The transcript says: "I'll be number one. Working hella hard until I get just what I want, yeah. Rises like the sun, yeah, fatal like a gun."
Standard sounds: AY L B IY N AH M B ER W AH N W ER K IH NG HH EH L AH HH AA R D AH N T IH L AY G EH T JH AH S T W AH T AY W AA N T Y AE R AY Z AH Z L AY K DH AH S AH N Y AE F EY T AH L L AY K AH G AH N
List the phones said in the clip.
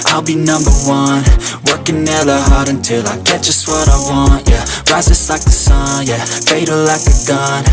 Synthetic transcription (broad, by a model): AY L B IY N AH M B ER W AH N W ER K IH NG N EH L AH HH AA R D AH N T IH L AY G EH T ZH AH S T W AH T AY W AA N T Y AE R AY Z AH S L AY K DH AH S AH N Y AE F EY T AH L L AY K AH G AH N